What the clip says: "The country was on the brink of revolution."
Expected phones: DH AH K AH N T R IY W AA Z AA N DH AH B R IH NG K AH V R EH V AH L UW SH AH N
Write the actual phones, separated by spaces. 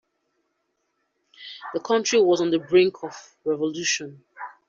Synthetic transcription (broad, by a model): DH AH K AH N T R IY W AA Z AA N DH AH B R IH NG K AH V R EH V AH L UW SH AH N